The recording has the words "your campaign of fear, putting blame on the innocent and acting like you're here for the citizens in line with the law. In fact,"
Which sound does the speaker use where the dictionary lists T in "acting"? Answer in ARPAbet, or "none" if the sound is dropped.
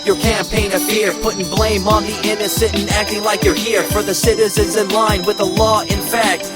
T